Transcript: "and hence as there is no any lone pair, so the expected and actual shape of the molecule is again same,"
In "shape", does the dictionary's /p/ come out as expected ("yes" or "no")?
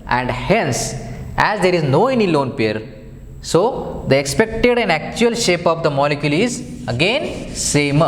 yes